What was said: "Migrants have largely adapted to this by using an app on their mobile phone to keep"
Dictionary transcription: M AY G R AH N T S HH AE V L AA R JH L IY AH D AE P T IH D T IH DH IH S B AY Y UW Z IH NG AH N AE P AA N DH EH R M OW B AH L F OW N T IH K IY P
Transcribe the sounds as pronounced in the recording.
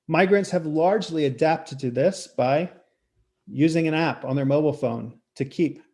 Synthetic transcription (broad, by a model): M AY G R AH N T S HH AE V L AA R JH L IY AH D AE P T IH D T IH DH IH S B AY Y UW Z IH NG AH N AE P N DH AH R M OW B L F OW N T IH K IY P